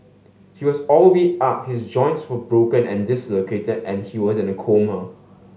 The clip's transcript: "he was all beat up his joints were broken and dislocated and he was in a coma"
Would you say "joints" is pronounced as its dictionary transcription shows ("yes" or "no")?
yes